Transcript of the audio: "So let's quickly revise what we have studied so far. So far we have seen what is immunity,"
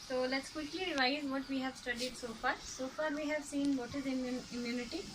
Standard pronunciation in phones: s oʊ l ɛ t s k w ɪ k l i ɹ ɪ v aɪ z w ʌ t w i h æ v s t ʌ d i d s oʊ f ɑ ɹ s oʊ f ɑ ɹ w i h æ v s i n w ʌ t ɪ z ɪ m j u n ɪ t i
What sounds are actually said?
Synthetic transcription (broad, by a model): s oʊ l ɛ t s k w ɪ k l i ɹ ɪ ɪ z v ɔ t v i h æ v s t ʌ d i d s oʊ f ɑ ɹ s oʊ f ɑ ɹ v i h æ v s i n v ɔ t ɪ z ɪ m j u n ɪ t i